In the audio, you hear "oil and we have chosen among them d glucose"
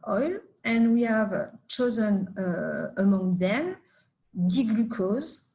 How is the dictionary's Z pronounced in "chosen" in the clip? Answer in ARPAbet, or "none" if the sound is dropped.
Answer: Z